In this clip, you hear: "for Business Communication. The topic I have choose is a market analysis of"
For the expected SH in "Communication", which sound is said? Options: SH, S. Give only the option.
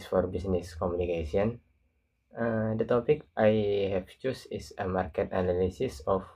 S